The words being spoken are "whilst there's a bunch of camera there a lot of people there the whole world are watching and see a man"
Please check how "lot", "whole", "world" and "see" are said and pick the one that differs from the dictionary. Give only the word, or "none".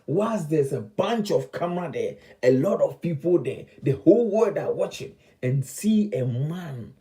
world